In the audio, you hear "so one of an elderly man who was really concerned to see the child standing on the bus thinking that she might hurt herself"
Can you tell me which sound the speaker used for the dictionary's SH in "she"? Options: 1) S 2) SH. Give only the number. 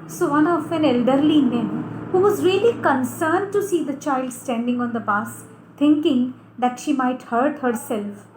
2